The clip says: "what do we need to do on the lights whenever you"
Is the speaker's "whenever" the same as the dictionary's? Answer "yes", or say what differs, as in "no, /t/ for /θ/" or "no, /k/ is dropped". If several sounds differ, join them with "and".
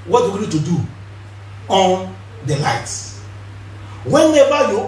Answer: no, /b/ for /v/